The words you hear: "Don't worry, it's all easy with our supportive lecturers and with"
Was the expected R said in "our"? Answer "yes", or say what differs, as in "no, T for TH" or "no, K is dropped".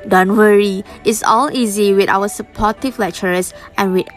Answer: no, W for R